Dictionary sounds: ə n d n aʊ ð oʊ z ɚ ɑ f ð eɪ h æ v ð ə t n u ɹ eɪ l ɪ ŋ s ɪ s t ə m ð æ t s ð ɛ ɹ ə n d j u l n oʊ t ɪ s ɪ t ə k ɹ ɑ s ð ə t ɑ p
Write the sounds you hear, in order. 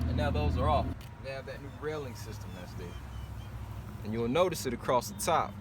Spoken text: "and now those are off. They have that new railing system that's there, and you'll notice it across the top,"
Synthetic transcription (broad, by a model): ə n n aʊ ð oʊ z ɚ ɑ f ð eɪ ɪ v ð ə t n u ɹ eɪ l ɪ ŋ s ɪ s t ə m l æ s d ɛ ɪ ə n j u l n oʊ t ɪ s ɪ t ə k ɹ ɑ s ð ə t ɑ p